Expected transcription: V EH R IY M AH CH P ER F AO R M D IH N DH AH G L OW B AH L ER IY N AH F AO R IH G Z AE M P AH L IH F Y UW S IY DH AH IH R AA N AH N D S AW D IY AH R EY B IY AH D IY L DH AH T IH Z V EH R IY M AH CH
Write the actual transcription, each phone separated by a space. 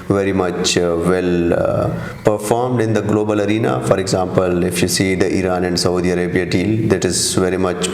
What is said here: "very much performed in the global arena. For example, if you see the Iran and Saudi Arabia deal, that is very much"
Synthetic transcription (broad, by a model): V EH R IY M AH CH P ER F AO R M D IH N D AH G L OW B AH L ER IY N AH F AO R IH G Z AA M P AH L IH F Y UW S IY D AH IH R AA N AH N D S AW D IY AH R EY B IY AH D IY L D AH T IH Z V EH R IY M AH CH